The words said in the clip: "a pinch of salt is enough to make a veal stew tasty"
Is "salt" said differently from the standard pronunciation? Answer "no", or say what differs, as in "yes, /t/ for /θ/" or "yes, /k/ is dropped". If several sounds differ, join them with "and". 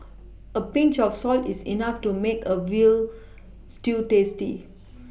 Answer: no